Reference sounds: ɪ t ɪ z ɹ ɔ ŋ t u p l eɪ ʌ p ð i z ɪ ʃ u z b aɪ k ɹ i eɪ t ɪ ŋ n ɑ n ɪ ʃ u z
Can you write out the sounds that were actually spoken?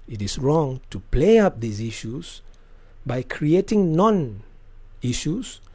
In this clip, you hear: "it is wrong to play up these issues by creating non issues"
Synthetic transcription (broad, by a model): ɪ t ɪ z ɹ ɔ ŋ t u p l eɪ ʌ p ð i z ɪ ʃ u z b aɪ k ɹ i eɪ t ɪ ŋ n ɑ n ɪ ʃ u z